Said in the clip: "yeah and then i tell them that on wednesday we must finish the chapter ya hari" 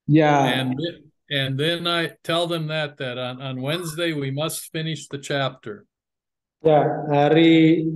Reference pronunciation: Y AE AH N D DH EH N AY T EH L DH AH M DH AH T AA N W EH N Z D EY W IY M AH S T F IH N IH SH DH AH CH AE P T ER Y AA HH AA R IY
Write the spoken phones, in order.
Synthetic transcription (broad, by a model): Y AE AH N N DH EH N AY T EH L DH AH M DH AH T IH N W EH N Z D EY W IY M AH S T F IH N IH SH DH AH CH AE P T ER Y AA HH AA R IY